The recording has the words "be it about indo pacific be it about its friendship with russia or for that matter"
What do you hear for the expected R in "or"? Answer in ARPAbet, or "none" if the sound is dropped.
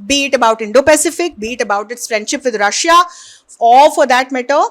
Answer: L